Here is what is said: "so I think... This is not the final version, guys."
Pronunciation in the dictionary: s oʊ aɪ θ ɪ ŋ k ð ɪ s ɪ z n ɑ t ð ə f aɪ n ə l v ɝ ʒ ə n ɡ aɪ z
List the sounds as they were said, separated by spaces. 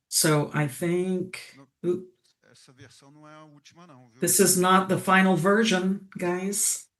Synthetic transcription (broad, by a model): s oʊ aɪ θ ɪ ŋ k ð ɪ s ɪ z n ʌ t ð ə f aɪ n l v ɝ ʒ ə n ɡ aɪ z